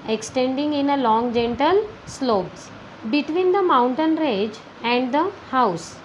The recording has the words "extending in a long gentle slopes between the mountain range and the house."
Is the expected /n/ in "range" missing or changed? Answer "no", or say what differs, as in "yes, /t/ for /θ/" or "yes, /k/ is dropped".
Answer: yes, /n/ is dropped